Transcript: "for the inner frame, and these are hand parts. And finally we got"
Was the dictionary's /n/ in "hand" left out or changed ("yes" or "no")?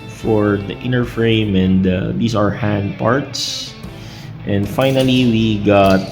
no